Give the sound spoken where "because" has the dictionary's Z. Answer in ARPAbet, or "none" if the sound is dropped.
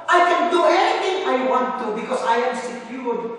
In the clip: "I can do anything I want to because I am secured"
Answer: S